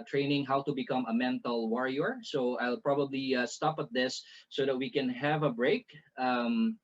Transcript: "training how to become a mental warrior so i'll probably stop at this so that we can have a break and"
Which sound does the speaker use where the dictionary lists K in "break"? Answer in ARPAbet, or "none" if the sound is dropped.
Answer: none